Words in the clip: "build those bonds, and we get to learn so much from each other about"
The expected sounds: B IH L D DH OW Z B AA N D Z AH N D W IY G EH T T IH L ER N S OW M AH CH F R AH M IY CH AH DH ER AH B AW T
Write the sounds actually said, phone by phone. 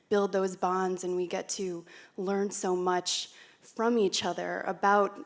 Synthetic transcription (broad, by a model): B IH L D DH OW Z B AA N D Z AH N W IY G EH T T IH L ER N S OW M AH CH F R AH M IY CH AH DH ER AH B AW T